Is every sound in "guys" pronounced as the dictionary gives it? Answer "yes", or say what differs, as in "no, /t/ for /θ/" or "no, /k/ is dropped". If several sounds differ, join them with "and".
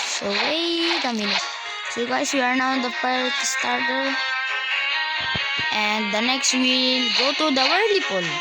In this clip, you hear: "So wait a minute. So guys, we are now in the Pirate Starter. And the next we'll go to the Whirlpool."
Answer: no, /s/ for /z/